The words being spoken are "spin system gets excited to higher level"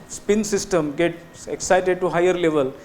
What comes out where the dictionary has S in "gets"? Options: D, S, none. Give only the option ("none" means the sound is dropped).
none